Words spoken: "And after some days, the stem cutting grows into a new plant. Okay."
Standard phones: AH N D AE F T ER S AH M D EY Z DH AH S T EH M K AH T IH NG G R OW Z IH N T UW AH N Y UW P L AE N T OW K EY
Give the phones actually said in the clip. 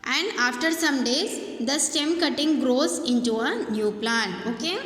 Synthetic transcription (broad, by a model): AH N D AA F T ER S AH M D EY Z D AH S T EH M K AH T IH NG G R OW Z IH N T UW AH N Y UW P L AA N OW K EY